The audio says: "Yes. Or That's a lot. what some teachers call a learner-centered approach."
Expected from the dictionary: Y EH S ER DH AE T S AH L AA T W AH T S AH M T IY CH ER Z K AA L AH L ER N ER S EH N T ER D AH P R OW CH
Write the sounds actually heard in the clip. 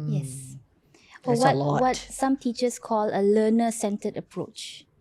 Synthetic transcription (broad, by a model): Y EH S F AH W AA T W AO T S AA M T IY CH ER S K AA L AH L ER N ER S EH N T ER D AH P R OW CH